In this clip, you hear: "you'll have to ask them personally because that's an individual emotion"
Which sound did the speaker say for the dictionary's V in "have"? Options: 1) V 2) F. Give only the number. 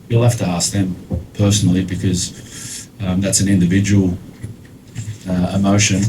2